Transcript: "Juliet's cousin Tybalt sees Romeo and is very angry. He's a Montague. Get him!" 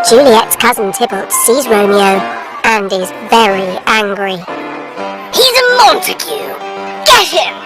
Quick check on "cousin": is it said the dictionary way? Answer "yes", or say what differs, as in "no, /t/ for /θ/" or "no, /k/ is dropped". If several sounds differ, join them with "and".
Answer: yes